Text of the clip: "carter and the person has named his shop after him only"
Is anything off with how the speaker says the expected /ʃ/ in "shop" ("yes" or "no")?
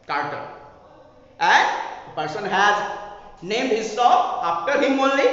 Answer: yes